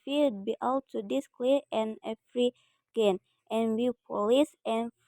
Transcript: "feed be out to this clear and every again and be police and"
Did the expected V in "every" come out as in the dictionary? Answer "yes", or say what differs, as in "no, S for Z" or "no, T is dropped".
no, F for V